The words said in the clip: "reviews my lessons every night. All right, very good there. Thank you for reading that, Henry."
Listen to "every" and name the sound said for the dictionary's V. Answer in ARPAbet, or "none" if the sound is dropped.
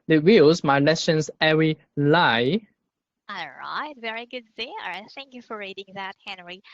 none